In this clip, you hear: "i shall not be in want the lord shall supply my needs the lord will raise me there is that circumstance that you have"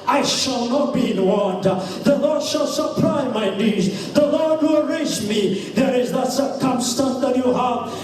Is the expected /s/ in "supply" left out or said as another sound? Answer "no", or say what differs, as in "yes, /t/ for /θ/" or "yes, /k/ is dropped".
yes, /ʃ/ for /s/